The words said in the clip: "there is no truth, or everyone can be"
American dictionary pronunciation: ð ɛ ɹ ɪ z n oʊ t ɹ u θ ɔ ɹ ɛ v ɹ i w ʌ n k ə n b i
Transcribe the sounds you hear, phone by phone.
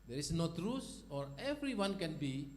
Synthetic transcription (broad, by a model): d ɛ ɹ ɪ s n oʊ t ɹ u s ɔ ɹ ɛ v ɹ i w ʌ n k ə n b i